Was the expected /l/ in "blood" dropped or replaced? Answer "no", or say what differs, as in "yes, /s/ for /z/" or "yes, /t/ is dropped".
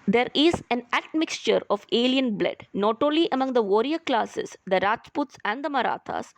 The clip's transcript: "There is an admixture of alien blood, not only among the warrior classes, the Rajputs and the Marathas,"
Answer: no